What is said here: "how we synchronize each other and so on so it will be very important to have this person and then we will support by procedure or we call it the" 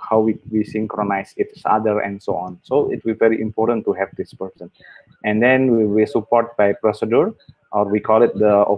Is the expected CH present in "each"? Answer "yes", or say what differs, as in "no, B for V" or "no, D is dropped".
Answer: no, S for CH